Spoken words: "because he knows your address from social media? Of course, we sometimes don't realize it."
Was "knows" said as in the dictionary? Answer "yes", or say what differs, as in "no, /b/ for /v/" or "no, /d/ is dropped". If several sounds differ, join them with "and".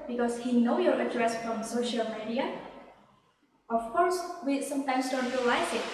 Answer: no, /z/ is dropped